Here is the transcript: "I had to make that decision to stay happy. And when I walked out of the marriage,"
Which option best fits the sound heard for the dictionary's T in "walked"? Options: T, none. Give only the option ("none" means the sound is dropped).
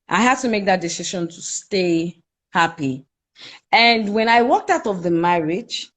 T